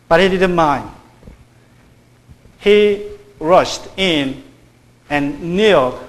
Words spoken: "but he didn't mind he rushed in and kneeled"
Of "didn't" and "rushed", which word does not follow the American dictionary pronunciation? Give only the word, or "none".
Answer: none